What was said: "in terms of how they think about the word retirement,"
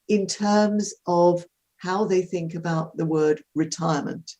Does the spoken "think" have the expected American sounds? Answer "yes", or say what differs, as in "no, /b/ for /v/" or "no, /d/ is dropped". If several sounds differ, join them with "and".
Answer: yes